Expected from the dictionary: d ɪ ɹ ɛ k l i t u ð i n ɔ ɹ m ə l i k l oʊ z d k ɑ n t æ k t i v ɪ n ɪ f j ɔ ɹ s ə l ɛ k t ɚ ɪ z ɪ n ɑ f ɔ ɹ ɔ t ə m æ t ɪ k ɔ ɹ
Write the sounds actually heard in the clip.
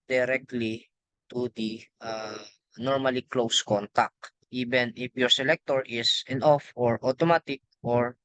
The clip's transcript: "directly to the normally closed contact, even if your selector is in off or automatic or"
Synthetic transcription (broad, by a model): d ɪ ɹ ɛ k l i t u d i n ɔ ɹ m ə l i k l oʊ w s k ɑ n t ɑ k t i b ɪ n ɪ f j ɔ ɹ s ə l ɛ k t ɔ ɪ s ɪ n ɑ f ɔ ɹ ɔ t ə m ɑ t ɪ k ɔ ɹ